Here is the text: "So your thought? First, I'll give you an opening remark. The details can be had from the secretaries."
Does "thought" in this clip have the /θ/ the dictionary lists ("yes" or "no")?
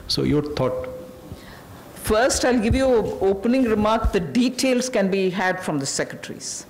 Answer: no